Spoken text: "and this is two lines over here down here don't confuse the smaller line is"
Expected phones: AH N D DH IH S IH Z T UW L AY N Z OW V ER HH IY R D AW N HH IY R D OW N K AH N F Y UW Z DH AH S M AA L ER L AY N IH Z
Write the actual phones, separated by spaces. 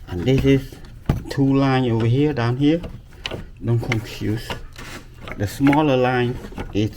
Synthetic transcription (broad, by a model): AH N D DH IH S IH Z T UW L AY N OW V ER HH IY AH D AW N HH IY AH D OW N K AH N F Y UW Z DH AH S M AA L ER L AY N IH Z